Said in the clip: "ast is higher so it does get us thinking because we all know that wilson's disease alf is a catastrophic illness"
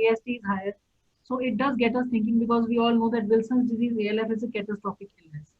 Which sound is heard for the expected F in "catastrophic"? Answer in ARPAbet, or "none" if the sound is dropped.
P